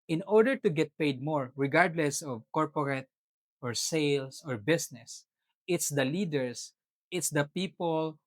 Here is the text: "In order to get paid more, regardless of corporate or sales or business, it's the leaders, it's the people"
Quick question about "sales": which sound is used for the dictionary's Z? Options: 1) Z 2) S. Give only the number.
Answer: 2